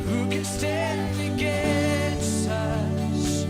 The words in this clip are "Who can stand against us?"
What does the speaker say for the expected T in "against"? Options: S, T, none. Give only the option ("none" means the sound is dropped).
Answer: none